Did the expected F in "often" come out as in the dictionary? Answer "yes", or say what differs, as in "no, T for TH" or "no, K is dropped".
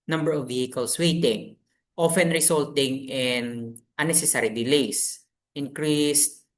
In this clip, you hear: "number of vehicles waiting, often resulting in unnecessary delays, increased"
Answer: yes